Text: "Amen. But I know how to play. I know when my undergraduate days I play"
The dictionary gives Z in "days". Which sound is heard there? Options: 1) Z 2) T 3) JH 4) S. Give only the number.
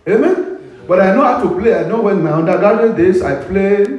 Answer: 4